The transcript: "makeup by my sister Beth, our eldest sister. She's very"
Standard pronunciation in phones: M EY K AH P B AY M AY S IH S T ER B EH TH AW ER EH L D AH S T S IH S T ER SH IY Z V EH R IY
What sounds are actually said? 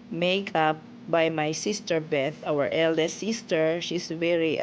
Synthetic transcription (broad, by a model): M EY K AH P B AY M AY S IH S T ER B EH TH AW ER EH L D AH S S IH S T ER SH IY S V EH R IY